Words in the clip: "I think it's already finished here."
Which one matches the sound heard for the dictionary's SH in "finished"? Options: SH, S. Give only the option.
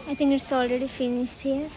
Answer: S